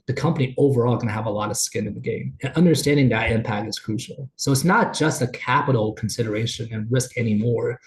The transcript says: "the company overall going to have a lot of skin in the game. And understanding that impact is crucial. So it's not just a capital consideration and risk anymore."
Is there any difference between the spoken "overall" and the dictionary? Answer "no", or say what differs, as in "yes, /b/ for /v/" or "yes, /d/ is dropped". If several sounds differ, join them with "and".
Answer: no